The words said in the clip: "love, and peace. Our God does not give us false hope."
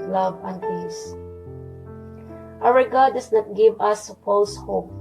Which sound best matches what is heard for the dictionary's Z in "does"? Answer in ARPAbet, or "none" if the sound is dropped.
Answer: S